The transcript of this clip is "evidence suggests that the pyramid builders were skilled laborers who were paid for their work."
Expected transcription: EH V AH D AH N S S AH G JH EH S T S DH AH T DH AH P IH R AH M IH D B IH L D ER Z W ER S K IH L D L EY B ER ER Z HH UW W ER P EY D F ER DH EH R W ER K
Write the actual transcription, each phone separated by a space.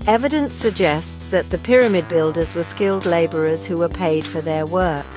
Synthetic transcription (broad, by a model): EH V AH D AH N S S AH G JH EH S T S DH AH T DH AH P IH R AH M IH D B IH L D ER Z W ER S K IH L D L EY B ER ER Z HH UW W ER P EY D F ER DH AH R W ER K